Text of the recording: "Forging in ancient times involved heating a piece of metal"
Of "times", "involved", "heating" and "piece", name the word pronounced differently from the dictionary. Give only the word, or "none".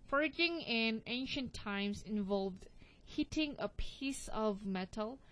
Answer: times